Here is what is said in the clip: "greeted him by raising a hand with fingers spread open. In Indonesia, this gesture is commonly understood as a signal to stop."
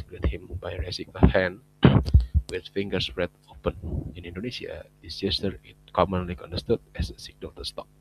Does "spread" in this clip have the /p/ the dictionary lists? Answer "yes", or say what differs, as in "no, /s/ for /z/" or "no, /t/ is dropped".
no, /p/ is dropped